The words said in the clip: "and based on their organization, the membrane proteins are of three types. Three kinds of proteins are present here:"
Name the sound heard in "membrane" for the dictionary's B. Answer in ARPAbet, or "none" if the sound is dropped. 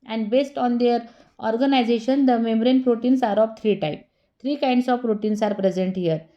none